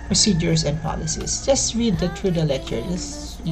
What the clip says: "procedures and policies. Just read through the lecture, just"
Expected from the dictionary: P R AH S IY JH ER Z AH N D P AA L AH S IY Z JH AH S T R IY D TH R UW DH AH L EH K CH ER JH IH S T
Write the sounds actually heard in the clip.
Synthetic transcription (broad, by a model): P R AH S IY JH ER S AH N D P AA L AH S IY S JH AH S T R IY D T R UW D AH L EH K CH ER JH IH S